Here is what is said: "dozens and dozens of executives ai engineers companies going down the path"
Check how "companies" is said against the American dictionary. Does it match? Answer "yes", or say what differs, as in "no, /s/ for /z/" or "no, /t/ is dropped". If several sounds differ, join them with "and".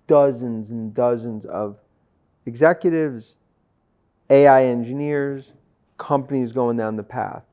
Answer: yes